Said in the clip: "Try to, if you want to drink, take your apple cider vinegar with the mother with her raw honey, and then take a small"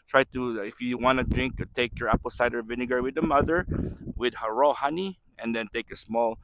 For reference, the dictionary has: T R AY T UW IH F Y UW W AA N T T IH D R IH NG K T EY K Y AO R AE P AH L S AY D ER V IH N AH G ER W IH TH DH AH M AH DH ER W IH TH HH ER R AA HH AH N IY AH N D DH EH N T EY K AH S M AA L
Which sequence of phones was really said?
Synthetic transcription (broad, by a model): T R AY T UW IH F Y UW W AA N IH D R IH NG K T EY K Y AO R AE P AH L S AY D ER V IH N AH G ER W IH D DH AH M AH DH ER W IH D HH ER R AA HH AH N IY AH N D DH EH N T EY K AH S M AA L